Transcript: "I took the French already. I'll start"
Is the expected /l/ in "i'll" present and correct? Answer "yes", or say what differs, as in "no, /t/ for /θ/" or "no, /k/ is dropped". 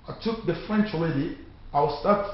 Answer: no, /w/ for /l/